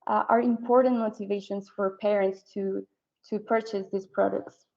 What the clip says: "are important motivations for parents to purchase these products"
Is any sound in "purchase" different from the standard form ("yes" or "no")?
no